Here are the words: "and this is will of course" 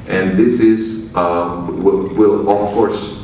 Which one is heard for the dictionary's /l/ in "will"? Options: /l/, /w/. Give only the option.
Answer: /w/